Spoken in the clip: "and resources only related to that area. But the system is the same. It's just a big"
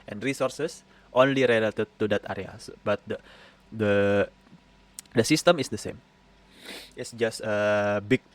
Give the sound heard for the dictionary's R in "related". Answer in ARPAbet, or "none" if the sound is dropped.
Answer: R